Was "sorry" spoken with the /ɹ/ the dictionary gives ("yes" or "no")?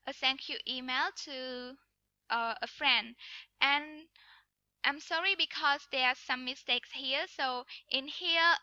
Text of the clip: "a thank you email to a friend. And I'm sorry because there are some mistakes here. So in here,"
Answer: yes